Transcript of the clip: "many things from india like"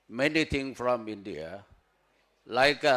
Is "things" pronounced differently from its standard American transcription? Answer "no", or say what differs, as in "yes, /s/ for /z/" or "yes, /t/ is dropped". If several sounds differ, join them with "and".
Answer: yes, /t/ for /θ/ and /z/ is dropped